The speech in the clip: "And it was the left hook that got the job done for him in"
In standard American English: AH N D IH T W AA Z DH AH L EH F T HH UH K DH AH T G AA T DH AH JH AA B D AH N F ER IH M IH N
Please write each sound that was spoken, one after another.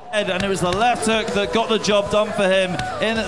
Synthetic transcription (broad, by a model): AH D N IH T W AA Z DH AH L EH F T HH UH K DH AH T G AA T DH AH JH AA B D AH N F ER IH M IH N